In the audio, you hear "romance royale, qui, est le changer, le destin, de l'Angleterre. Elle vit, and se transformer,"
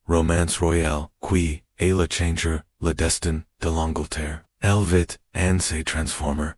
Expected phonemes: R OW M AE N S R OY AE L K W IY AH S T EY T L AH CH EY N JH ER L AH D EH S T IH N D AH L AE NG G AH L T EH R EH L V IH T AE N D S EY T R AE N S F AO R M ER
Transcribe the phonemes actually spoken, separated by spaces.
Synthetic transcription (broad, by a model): R OW M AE N S R OY AE L K W IY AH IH L AH CH EY N JH ER L AH D EH S T IH N D AH L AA NG G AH L T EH R EH L V IH T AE N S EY T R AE N S F AO R M ER